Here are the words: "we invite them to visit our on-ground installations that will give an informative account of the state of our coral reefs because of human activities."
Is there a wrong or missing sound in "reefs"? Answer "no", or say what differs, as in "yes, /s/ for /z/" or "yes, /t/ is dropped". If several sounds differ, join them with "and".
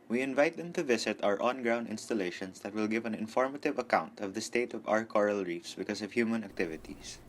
no